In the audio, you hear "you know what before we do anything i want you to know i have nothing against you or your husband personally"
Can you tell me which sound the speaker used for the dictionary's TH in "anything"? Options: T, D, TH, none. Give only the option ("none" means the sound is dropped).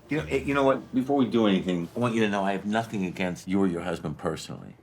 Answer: TH